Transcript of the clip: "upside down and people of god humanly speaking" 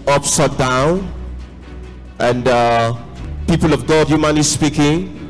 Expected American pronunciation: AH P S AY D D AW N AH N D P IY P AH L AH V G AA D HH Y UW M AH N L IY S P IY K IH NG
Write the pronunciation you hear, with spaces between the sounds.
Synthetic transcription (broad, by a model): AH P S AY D D AW N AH N D P IY P AH L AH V G AA D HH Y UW M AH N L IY S P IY K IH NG